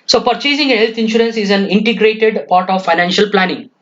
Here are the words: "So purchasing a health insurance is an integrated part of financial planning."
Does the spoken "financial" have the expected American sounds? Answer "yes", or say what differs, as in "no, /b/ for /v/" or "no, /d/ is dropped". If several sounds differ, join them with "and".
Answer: yes